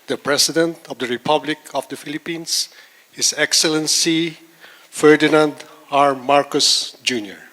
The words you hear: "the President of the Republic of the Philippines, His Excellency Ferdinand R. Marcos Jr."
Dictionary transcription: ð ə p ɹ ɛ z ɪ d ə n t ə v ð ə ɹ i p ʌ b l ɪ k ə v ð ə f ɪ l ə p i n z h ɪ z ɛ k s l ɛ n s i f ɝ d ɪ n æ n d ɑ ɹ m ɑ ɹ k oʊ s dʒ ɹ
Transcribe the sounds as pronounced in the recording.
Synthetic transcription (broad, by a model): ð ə p ɹ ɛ s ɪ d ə n t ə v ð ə ɹ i p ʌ b l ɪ k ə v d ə f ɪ l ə p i n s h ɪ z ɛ k s l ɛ n s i f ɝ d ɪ n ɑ n d ɑ ɹ m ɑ ɹ k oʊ s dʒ ɹ